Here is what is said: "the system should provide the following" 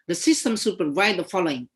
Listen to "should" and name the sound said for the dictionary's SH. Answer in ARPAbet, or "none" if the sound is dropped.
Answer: S